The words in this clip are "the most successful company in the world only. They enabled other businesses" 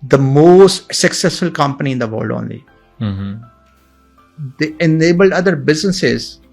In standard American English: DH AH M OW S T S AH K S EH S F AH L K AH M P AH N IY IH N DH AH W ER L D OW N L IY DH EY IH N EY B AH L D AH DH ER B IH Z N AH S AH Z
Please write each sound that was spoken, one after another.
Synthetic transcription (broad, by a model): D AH M OW S T S AH K S EH S F AH L K AH M P AH N IY IH N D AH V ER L D OW N L IY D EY IH N EY B AH L D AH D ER B IH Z N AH S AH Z